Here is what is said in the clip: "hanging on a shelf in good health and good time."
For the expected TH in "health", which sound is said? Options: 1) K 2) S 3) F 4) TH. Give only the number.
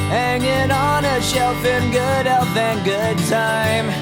3